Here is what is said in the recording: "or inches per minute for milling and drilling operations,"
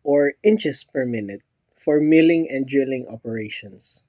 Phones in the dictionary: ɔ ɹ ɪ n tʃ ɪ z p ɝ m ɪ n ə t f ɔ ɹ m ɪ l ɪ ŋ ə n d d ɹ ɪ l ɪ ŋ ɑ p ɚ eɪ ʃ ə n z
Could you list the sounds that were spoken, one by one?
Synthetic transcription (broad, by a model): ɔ ɹ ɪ n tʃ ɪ s p ɝ m ɪ n ə t f ɔ ɹ m ɪ l ɪ ŋ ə n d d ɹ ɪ l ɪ ŋ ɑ p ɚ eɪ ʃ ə n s